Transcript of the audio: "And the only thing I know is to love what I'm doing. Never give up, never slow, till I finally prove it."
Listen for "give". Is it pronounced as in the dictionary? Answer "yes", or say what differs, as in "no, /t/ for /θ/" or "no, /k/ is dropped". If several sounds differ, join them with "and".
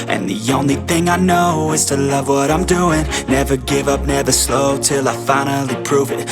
yes